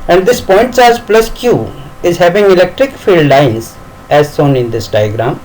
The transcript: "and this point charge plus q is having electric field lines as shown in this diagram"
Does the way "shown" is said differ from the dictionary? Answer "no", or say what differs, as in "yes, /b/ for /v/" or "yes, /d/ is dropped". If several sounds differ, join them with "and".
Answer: yes, /s/ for /ʃ/